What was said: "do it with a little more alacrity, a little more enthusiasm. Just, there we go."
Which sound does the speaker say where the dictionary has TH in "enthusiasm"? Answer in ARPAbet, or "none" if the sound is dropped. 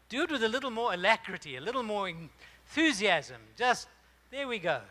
TH